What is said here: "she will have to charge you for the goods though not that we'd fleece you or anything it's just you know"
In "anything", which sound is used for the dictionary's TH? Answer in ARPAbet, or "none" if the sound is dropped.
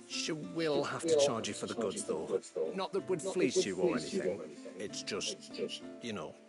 TH